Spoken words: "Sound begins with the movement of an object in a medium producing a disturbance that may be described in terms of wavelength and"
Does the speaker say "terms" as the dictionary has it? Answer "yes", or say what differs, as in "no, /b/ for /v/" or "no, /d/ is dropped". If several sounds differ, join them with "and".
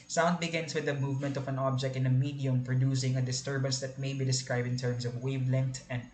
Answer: no, /s/ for /z/